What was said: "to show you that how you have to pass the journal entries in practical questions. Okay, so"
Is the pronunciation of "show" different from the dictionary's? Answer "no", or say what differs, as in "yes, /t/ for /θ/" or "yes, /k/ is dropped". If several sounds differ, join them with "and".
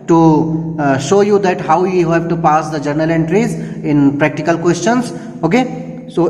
no